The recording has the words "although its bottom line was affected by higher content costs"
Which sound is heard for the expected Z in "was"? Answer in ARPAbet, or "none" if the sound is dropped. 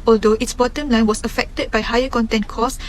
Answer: S